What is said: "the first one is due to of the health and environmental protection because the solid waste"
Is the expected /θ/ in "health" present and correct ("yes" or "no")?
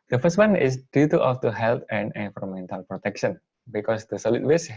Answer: no